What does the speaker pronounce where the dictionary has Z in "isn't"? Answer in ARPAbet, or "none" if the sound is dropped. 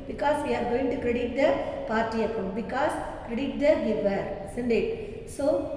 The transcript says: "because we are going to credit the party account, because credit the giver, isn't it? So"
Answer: S